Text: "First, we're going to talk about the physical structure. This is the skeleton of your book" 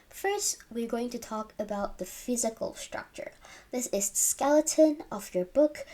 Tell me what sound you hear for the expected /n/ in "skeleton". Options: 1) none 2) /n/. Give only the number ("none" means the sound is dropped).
2